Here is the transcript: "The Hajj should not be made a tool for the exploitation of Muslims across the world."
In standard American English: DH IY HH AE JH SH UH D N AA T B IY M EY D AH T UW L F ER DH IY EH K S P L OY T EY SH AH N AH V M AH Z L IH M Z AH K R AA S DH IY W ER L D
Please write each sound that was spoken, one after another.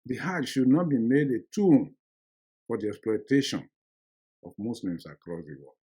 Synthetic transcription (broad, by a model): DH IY HH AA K SH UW D N AA T B IY M EY D AH T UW N F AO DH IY EH K S P L OY T EY SH AH N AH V M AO S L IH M S AH K R AA S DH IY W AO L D